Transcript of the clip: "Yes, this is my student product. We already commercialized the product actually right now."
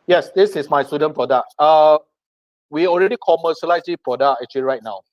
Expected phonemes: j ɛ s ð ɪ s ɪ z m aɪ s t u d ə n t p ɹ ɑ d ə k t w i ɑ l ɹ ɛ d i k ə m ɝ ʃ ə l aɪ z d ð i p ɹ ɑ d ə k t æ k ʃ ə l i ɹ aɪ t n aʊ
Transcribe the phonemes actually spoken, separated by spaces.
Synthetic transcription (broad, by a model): j ɛ s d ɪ s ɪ s m aɪ s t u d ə n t p ɹ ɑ d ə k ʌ w i ɑ l ɹ ɛ d i k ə m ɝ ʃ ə l aɪ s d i p ɹ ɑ d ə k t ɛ k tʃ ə l i ɹ aɪ t n aʊ